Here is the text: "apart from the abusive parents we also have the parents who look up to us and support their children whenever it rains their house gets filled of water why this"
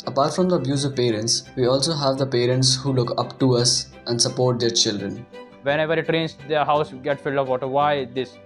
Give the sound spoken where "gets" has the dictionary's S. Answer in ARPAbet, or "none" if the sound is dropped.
none